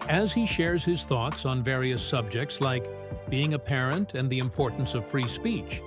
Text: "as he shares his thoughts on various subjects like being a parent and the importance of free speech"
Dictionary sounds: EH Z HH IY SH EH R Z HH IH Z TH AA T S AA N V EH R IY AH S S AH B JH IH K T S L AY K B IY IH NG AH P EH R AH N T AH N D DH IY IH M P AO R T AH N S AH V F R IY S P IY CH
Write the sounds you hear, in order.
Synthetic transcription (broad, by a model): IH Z HH IY SH EH R Z HH IH Z TH AA T S N V EH R IY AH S S AH B JH IH K T S L AY K B IY IH NG AH P EH R AH N T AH N DH IY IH M P AO R T N S AH V F R IY S P IY CH